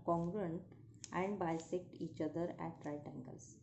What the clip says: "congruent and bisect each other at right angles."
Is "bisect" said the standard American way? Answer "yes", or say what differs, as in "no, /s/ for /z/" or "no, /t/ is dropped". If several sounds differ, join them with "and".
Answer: yes